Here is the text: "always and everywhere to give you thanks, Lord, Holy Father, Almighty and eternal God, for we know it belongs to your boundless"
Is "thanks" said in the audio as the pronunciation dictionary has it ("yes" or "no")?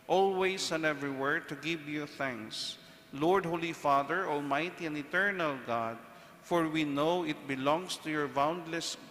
yes